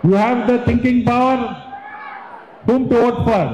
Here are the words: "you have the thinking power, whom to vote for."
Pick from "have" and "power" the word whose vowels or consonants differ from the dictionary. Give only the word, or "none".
none